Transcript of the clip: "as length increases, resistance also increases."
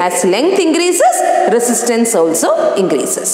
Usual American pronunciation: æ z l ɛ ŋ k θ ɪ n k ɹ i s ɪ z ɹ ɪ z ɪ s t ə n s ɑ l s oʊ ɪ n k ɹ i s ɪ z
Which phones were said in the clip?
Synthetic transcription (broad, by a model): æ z l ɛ ŋ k t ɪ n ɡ ɹ i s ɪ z ɹ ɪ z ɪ s t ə n s ɑ l s oʊ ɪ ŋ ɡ ɹ i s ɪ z